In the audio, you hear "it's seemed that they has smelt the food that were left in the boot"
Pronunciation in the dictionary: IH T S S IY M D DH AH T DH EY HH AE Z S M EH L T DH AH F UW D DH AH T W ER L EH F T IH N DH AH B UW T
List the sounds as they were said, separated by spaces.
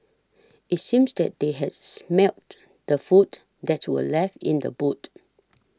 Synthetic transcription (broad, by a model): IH T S S IY M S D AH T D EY HH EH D S M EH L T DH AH F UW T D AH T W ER L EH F IH N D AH B UW T